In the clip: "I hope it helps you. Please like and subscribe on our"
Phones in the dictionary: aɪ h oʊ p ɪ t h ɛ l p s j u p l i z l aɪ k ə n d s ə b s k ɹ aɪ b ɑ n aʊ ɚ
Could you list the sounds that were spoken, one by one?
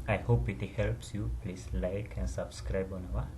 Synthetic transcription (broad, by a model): aɪ h oʊ p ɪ t h ɛ l p s j u p l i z l aɪ k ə n s ə b s k ɹ aɪ b ɑ n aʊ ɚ